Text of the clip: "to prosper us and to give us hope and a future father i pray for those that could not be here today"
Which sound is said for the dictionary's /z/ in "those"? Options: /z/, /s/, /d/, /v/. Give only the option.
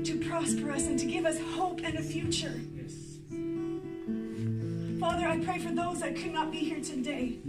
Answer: /z/